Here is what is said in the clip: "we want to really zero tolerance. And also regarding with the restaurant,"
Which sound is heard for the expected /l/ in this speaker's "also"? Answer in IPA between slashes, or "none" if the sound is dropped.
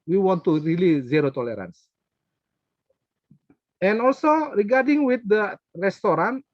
/l/